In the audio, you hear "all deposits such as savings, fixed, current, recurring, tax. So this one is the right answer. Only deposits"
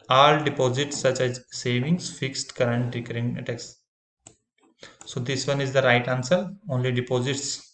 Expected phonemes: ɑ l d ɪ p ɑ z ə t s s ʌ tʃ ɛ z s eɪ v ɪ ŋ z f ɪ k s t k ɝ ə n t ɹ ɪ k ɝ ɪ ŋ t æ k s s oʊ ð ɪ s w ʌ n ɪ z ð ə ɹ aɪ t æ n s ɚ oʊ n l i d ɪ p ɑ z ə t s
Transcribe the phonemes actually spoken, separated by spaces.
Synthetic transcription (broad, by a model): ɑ l d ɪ p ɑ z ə t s s ʌ tʃ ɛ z s eɪ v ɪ ŋ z f ɪ k s t k ɝ ə n t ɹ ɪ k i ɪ t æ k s s oʊ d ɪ s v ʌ n ɪ z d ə ɹ aɪ t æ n s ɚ oʊ n l i d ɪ p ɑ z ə t s